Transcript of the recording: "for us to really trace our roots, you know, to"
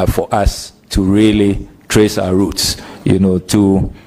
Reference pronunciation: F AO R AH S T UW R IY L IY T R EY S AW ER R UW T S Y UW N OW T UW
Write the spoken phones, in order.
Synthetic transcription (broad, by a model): F AO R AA S T UW R IY L IY T R EY S AW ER R UW T S Y UW N OW T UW